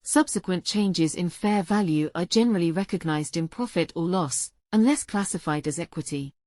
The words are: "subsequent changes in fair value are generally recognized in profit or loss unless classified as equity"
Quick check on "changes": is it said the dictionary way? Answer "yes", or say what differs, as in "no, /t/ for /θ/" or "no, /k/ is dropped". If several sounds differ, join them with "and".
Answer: yes